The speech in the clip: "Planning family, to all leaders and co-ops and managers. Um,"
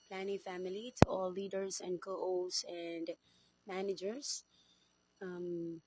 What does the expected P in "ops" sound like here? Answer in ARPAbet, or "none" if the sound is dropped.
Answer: none